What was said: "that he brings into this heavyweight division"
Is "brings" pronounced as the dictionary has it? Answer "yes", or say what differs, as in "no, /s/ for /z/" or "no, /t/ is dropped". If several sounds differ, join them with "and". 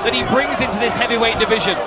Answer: yes